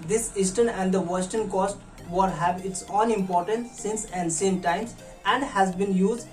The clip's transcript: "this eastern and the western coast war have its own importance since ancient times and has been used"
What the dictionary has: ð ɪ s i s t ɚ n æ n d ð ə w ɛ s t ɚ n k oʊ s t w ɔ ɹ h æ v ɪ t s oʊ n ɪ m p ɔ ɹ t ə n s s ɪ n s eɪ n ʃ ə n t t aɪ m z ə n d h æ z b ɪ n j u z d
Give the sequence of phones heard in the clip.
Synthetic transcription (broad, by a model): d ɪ s i s t ɚ n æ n d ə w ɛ s t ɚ n k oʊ s t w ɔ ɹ h æ v ɪ t s oʊ n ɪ m p ɔ ɹ t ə n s s ɪ n s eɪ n s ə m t t aɪ m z ə n d h æ z b ɪ n j u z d